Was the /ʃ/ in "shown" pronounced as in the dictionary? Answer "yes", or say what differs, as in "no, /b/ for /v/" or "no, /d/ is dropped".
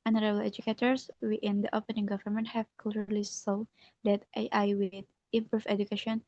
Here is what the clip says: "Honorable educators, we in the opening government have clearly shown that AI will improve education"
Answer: no, /s/ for /ʃ/